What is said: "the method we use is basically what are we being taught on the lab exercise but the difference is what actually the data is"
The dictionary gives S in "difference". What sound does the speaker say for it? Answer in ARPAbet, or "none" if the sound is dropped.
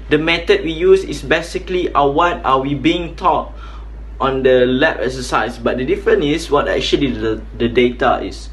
none